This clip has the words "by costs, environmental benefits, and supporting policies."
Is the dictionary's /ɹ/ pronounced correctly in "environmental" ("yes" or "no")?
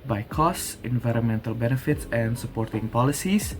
yes